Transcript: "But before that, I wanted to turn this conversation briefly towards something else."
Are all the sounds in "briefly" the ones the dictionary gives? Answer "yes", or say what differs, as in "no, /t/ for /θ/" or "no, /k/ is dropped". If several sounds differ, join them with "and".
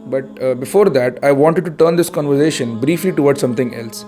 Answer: yes